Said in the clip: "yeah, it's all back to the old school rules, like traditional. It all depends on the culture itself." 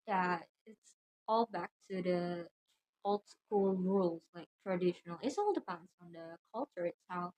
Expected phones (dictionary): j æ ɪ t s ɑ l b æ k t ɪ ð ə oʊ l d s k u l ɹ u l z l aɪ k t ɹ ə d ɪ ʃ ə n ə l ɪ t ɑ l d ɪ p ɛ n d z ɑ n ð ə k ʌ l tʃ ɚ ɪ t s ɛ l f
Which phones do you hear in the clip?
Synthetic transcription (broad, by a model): j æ ɪ t s ɑ l b æ k t ɪ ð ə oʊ l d s k u l ɹ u l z l aɪ k t ɹ ə d ɪ ʃ ə n ə l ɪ t ɑ l d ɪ p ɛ n d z n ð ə k ʌ l tʃ ɚ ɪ t s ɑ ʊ